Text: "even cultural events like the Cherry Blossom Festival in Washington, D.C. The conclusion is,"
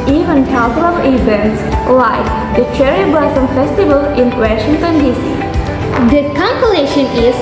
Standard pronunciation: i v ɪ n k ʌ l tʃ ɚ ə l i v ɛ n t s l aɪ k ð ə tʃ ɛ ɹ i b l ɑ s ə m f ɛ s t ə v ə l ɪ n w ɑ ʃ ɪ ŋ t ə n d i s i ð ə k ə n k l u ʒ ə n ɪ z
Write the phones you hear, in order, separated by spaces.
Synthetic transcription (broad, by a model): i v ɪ n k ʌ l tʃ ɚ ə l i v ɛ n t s l aɪ k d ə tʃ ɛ ɹ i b ɑ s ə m f ɛ s t ə v ə l ɪ n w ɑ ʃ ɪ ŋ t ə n d i s i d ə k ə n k l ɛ ʃ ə n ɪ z